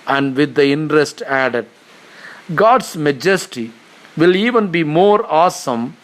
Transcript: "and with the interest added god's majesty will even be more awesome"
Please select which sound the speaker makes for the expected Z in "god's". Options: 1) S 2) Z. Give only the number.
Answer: 1